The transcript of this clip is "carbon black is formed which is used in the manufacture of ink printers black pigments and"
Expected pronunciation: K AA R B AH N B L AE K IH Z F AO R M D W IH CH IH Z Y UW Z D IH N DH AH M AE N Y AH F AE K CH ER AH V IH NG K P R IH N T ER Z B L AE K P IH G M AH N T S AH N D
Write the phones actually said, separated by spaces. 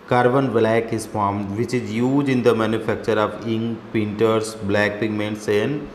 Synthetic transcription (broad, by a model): K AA R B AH N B L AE K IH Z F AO R M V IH CH IH Z Y UW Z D IH N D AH M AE N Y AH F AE K CH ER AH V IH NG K P IH N T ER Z B L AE K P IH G M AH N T S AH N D